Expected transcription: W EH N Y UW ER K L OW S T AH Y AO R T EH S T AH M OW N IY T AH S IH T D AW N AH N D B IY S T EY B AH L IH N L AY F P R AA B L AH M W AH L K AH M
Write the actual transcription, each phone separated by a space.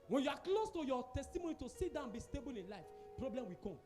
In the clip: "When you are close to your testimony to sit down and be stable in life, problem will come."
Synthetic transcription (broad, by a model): W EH N Y UW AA K L OW S T AH Y AO T EH S T AH M OW N IY T AH S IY T D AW AH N B IY S T EY B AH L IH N L AY F P R AA B L AH M W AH K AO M